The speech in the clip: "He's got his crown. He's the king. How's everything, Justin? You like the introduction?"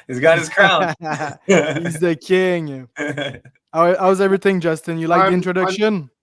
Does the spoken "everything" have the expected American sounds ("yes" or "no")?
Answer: yes